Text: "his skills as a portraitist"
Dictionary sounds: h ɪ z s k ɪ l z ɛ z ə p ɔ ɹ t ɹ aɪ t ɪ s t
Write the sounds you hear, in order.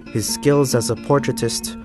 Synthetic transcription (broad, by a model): h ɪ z s k ɪ l z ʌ z ə p ɔ ɹ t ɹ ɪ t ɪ s t